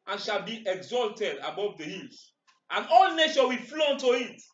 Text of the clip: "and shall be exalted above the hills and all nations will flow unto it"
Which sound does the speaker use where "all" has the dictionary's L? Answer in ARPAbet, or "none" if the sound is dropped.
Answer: L